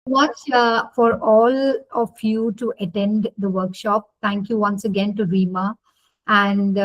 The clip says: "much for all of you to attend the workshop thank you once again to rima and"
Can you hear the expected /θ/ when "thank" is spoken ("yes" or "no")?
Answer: no